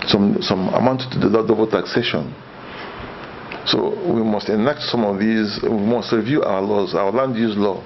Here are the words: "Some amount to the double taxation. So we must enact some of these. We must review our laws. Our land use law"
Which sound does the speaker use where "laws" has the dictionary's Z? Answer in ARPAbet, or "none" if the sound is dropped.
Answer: Z